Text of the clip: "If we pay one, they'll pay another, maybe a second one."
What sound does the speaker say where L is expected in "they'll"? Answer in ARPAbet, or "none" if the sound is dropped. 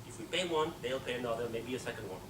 L